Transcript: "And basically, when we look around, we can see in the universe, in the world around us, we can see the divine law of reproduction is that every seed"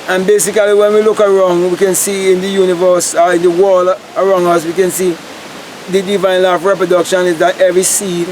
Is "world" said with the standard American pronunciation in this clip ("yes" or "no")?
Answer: no